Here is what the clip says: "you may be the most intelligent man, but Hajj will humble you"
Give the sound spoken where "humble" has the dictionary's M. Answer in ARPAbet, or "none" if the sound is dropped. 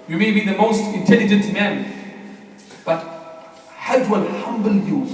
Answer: M